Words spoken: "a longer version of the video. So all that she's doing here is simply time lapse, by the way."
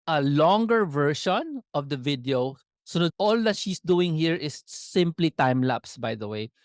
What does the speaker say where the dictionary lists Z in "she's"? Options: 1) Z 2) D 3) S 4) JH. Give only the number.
3